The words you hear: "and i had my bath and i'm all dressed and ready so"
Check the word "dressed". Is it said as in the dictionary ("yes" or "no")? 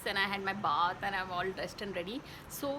no